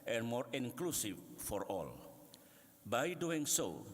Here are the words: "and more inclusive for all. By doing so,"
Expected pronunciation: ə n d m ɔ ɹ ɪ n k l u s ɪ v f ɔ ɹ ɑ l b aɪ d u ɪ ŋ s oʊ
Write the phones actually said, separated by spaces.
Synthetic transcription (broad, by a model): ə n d m ɔ ɹ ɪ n k l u s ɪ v f ɔ ɹ ɑ l b aɪ d u ɪ ŋ s oʊ